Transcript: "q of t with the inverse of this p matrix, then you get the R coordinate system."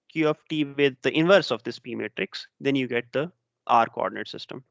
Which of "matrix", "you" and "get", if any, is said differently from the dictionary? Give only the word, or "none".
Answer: none